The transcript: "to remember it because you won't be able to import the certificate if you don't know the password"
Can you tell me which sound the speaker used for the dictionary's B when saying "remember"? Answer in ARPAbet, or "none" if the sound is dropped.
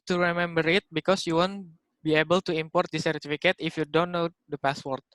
B